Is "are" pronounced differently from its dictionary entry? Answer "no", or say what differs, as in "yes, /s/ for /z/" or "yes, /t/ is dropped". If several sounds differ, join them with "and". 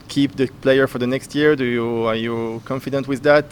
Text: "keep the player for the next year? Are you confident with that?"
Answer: no